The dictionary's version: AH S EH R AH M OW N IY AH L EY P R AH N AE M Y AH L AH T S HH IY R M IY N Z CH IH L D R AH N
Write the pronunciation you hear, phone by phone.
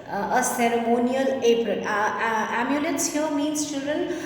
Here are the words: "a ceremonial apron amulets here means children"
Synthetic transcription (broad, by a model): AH S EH R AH M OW N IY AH L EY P R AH AE M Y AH L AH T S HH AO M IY N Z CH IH L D R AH N